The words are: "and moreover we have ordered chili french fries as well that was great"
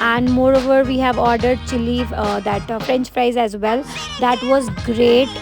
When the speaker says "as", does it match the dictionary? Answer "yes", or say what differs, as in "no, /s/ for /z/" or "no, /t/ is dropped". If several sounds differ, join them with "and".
yes